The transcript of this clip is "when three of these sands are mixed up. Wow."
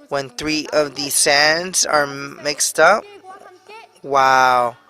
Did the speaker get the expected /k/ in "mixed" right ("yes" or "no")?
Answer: yes